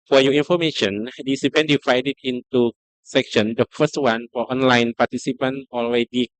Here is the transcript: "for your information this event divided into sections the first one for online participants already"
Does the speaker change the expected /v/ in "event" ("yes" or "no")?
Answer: yes